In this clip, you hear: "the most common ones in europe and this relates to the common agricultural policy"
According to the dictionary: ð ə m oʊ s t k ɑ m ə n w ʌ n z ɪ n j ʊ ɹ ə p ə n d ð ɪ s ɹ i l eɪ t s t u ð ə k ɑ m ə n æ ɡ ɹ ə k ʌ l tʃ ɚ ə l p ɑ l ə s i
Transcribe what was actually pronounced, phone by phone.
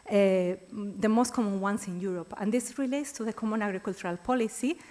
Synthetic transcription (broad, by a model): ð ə m oʊ s t k ɑ m ə n w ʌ n s ɪ n j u ɹ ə p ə n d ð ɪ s ɹ i l eɪ t s t u ð ə k ɑ m ə n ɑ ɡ ɹ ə k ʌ l tʃ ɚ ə l p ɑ l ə s i